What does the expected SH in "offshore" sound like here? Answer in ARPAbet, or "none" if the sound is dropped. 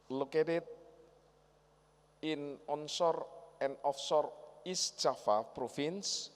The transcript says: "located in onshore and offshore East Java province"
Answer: S